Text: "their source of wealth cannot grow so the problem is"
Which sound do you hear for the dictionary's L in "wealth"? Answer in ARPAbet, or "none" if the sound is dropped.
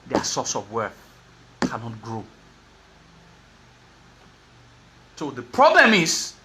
none